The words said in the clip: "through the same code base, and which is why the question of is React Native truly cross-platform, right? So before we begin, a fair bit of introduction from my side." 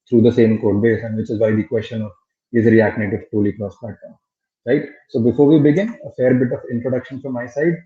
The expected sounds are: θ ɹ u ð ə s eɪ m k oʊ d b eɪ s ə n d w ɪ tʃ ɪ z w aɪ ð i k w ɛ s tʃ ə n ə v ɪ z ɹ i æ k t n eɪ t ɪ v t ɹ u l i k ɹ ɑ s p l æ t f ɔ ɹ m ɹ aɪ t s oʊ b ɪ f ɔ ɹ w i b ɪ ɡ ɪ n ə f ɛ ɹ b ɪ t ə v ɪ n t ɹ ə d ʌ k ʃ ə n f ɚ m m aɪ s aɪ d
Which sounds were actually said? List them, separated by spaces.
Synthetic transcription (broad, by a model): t ɹ u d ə s eɪ m k oʊ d b eɪ s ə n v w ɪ tʃ ɪ z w aɪ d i k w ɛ s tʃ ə n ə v ɪ z ɹ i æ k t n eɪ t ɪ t u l i k ɹ ɑ s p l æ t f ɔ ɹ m ɹ aɪ t s oʊ b ɪ f ɔ ɹ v i b ɪ ɡ ɪ n ə f ɛ ɹ b ɪ t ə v ɪ n t ɹ ə d ʌ k ʃ ə n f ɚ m m aɪ s aɪ d